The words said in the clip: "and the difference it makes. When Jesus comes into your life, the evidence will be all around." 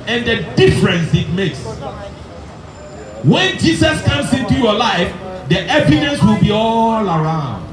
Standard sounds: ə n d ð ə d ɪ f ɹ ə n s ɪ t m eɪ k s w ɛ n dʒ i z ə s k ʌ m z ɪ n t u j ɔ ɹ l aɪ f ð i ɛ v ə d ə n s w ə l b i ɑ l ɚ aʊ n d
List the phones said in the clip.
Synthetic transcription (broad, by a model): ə n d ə d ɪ f ɹ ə n s ɪ t m eɪ k s w ɛ n dʒ i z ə s k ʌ m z ɪ n t u j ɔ l aɪ f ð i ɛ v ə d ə n s w ə l b i ɑ l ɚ aʊ n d